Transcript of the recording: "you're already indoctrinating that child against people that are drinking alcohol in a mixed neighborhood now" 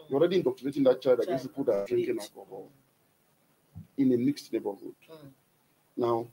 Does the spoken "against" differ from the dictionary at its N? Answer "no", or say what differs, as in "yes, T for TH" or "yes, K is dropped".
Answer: yes, N is dropped